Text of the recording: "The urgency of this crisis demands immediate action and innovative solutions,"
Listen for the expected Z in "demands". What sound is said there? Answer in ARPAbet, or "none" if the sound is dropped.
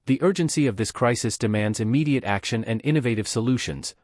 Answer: Z